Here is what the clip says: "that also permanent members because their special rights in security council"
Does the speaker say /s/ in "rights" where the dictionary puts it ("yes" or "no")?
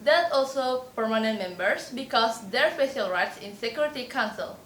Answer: yes